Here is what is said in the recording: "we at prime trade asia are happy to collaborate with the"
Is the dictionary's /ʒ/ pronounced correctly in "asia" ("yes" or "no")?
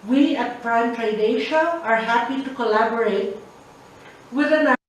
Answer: no